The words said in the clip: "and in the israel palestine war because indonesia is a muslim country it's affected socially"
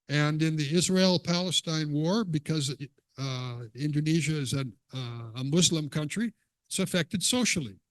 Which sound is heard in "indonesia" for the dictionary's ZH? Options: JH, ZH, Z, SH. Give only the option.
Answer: ZH